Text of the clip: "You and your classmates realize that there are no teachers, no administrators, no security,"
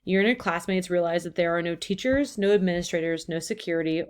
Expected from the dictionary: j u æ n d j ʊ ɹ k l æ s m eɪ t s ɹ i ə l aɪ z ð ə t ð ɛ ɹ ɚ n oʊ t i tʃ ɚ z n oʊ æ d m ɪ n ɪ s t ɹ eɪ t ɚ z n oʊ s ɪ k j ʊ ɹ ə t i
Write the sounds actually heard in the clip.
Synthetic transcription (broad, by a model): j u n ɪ k l æ s m eɪ t s ɹ i ə l aɪ z ð ə t ð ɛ ɹ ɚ n oʊ t i tʃ ɚ z n oʊ æ d m ɪ n ɪ s t ɹ eɪ t ɚ z n oʊ s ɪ k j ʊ ɹ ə t i